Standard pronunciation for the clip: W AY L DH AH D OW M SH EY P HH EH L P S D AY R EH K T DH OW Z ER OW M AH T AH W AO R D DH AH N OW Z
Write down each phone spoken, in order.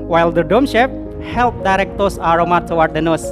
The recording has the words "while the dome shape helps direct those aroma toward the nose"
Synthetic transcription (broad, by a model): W AY L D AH D OW M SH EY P HH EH L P D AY R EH K T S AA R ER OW M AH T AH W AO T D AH N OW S